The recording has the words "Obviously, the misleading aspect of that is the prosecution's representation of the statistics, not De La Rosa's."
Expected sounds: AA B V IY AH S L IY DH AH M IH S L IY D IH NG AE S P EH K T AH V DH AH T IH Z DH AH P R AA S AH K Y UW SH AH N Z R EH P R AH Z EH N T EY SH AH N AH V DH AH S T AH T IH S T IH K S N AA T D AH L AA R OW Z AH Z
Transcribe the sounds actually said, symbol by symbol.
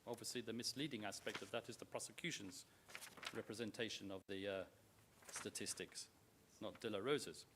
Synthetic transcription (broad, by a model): AA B V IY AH S L IY DH AH M IH S L IY D IH NG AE S P EH K T AH V DH AH T IH Z DH AH P R AA S AH K Y UW SH AH N Z R EH P R AH Z EH N T EY SH AH N AH V DH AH S T AH T IH S T IH K S N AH T D AH L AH R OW Z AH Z